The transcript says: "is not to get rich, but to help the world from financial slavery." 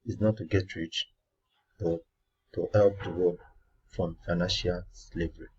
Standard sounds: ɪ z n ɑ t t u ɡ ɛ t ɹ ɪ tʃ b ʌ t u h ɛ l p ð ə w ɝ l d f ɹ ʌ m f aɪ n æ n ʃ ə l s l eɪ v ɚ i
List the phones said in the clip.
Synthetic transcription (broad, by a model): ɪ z n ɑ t t u ɡ ɛ t ɹ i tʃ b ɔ t u h ɛ l p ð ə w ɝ d f ɹ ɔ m f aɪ n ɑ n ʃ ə l s l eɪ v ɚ i